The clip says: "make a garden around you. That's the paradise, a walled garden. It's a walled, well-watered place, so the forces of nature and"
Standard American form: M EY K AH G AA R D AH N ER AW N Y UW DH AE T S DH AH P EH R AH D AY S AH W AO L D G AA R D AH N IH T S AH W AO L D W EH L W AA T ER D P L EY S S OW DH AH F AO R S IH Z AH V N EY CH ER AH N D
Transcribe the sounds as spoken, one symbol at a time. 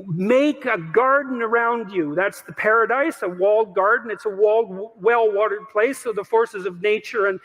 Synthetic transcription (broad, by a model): M EY K AH G AA R D N ER AW N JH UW DH AE T S DH AH P EH R AH D AY S AH W AO L D G AA R D N IH T S AH W AO L D W EH L W AA T ER D P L EY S S OW DH AH F AO R S IH Z AH V N EY CH ER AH N